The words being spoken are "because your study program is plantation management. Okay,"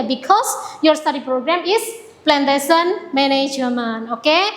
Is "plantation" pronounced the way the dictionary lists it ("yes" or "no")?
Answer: no